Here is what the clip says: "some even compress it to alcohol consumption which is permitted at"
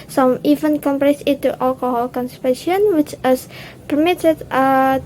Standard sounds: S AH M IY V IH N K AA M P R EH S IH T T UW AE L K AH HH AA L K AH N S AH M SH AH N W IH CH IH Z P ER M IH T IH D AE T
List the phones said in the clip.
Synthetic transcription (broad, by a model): S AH M IY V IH N K AA M P R EH S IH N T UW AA L K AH HH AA L K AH N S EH SH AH N W IH CH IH S P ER M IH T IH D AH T